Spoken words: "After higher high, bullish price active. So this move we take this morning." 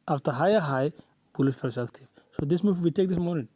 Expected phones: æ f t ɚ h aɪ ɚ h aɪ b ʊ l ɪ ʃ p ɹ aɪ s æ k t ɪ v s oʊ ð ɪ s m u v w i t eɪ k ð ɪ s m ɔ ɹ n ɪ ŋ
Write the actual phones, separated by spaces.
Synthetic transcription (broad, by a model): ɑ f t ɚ h aɪ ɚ h aɪ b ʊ l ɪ s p aɪ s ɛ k t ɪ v s oʊ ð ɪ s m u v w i t eɪ k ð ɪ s m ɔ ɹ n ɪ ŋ